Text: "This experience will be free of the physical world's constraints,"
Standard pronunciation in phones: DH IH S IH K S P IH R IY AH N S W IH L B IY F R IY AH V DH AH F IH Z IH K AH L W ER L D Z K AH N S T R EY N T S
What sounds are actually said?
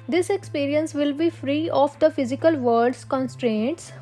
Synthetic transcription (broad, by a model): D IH S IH K S P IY R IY AH N S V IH L B IY F R IY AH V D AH F IH Z IH K AH L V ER D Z K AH N S T R EY N T S